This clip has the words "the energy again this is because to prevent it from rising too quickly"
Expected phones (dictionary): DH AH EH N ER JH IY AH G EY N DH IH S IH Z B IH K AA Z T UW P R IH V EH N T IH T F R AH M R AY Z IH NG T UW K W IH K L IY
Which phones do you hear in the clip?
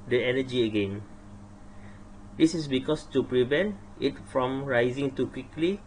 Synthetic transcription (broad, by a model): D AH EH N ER JH IY AH G EY N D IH S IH S B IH K AA S T UW P R IH V EH N T IH T F R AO M R AY Z IH NG T UW K W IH K L IY